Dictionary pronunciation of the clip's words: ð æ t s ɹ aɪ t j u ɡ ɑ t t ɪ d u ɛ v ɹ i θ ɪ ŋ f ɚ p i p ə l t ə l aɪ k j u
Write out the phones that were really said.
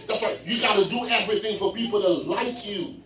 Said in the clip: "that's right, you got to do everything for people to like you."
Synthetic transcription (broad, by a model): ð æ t s l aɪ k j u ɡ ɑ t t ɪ d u ɛ v ɹ i θ ɪ ŋ f ɚ p i p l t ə l aɪ k j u